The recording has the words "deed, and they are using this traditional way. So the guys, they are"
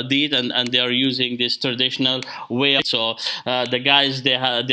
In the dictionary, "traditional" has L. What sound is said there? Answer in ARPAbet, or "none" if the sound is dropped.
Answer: L